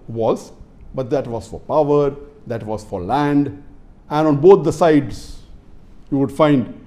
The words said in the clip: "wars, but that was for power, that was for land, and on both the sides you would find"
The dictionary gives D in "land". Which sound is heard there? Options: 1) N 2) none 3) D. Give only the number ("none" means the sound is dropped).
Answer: 3